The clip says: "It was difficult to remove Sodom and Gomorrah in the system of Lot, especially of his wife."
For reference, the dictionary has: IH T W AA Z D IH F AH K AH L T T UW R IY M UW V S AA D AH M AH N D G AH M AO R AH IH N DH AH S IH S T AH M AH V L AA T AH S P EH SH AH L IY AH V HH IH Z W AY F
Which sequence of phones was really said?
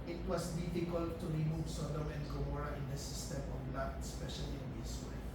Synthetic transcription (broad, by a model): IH T W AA S D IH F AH K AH L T T UW R IY M UW V S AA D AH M AH N D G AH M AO R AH IH N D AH S IH S T AH M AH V L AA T S P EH SH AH L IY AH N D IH S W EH